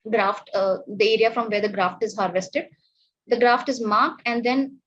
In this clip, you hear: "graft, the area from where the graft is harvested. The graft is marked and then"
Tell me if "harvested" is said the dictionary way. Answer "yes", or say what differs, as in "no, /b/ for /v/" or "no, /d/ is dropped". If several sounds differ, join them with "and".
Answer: yes